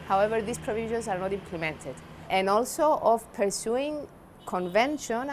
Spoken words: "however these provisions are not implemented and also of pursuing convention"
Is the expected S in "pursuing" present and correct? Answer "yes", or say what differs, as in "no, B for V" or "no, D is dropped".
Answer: yes